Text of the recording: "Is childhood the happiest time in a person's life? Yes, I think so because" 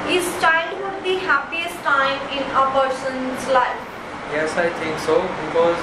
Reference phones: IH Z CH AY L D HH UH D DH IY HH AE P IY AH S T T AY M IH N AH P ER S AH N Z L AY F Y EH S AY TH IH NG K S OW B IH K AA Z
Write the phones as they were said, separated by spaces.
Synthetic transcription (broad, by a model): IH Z CH AY L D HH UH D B IY HH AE P IY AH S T T AY M IH N AH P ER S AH N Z L AY F Y EH S AY T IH NG K S OW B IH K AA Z